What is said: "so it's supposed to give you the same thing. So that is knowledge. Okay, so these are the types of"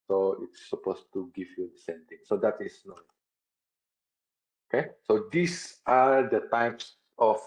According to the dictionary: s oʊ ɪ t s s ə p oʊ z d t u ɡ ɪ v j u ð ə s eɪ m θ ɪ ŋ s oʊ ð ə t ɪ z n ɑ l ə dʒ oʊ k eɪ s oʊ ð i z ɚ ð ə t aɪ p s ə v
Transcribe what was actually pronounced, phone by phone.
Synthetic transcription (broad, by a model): s oʊ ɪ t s s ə p oʊ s t u ɡ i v j u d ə s eɪ m t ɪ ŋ s oʊ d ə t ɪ s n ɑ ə oʊ k eɪ s oʊ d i s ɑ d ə t aɪ p s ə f